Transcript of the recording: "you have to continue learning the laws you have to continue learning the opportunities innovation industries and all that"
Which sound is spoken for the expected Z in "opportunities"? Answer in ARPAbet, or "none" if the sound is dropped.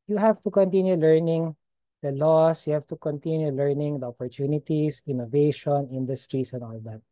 S